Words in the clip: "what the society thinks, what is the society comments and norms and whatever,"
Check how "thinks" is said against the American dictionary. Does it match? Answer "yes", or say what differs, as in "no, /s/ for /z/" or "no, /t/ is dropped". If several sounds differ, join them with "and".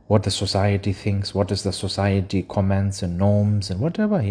yes